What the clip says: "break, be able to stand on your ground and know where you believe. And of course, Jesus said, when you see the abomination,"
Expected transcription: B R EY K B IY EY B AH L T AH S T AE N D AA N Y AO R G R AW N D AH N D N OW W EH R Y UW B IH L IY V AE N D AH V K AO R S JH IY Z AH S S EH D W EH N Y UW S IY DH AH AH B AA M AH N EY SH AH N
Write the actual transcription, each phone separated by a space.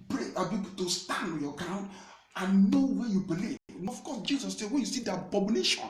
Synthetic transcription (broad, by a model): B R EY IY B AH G T AH S T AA N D AA N Y AO G R AW N D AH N N OW W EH Y UW B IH L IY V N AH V K AO S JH IY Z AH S S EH W EH N Y UW S IY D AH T B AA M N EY SH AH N